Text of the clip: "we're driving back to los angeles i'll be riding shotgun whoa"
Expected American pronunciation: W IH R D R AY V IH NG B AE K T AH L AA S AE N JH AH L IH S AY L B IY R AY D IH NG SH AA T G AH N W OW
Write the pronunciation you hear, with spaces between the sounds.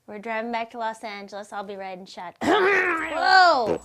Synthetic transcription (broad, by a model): W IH R D R AY V IH NG B AE K T AH L AA S AE N JH AH L IH S AY L B IY R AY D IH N SH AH T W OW